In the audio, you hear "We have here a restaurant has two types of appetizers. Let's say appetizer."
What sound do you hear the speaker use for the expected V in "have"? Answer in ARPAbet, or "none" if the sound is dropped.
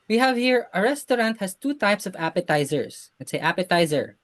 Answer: V